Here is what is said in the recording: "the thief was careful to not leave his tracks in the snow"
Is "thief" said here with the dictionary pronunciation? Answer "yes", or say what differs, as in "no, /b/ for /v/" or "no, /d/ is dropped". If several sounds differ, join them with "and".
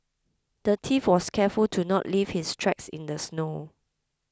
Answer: no, /t/ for /θ/